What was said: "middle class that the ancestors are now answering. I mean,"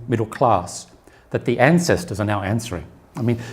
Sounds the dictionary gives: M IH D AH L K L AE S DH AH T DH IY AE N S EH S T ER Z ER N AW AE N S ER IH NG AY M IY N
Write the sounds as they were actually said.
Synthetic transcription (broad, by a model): M IH D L K L AE S DH AH T DH IY AE N S EH S T ER Z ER N AW AE N S ER IH NG AY M IY N